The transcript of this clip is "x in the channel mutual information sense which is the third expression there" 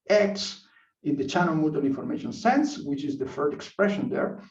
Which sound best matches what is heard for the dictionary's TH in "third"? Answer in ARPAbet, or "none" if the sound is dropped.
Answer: F